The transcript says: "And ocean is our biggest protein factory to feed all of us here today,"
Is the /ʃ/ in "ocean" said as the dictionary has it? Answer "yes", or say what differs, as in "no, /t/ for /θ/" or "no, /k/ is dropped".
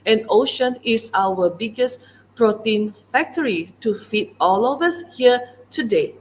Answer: yes